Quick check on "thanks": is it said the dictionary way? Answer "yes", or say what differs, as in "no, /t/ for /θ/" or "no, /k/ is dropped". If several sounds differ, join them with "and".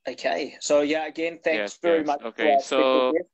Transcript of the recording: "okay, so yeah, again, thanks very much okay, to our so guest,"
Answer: yes